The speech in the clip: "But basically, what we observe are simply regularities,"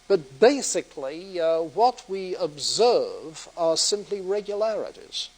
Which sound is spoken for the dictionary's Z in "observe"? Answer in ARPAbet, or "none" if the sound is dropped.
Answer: Z